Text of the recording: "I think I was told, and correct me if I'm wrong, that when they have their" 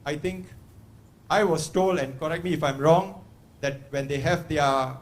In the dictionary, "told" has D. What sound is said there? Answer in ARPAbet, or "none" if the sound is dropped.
none